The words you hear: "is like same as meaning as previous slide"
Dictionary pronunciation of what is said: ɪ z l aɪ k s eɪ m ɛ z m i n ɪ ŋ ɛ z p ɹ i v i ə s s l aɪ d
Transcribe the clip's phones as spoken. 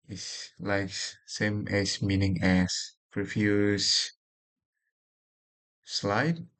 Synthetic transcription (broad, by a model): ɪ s l aɪ k s eɪ m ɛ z m i n ɪ ŋ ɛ s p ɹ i f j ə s s l aɪ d